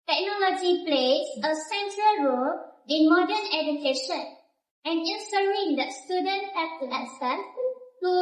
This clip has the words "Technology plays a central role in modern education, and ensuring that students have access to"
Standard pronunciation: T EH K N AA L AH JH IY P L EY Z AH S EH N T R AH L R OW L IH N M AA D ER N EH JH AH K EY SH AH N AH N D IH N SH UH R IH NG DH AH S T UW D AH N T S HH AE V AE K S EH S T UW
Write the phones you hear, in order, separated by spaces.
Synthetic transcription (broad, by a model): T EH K N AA L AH JH IY P L EY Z AH S EH N T R AH L R OW L IH N M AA D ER N EH JH AH K EY SH AH N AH N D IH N S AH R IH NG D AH S T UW D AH N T HH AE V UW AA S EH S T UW